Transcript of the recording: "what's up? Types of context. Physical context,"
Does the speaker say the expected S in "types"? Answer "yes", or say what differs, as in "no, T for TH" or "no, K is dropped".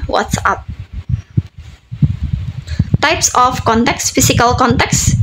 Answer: yes